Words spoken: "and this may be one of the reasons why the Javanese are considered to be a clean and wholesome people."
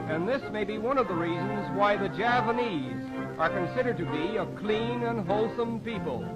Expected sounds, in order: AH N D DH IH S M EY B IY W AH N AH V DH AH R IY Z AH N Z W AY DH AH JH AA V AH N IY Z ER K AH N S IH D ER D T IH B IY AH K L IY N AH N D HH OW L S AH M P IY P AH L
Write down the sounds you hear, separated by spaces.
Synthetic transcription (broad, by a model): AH N DH IH S M EY B IY W AH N AH V DH AH R IY Z AH N Z W AY DH AH JH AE P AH N IY Z ER K AH N S IH D ER D T IH B IY AH K L IY N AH N HH OW L S AH M P IY P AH L